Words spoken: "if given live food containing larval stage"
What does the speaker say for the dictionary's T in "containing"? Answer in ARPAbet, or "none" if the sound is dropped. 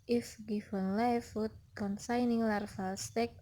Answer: S